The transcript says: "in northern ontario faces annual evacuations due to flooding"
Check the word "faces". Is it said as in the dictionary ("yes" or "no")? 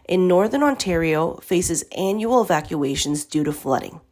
yes